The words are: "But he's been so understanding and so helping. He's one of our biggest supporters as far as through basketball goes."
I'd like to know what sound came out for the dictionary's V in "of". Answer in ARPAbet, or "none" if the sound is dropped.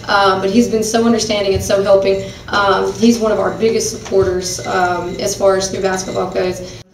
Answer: V